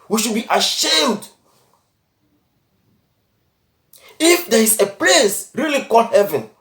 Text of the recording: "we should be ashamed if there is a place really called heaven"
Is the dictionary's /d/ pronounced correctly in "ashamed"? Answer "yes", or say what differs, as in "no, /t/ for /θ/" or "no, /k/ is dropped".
yes